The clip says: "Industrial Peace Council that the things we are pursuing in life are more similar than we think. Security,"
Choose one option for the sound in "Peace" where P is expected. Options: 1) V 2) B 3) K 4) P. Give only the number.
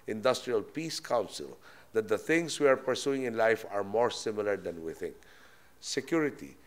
4